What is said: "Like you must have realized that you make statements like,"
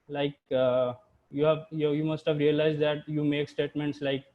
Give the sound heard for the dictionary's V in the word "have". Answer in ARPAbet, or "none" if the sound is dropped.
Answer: V